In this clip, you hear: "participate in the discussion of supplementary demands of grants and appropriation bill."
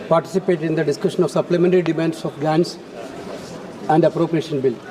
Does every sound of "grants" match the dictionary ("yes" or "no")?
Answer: no